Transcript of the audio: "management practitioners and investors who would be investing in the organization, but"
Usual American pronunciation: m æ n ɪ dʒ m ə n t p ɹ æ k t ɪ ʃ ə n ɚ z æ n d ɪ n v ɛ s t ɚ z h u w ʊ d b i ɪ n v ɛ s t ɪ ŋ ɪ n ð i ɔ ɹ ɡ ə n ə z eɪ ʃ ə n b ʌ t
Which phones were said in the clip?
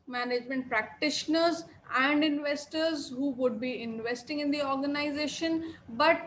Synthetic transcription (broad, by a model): m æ n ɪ dʒ m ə n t p ɹ æ k t ɪ ʃ ə n ɚ z æ n d ɪ n v ɛ s t ɚ z h u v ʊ d b i ɪ n v ɛ s t ɪ ŋ ɪ n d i ɔ ɹ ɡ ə n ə z eɪ ʃ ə n b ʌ t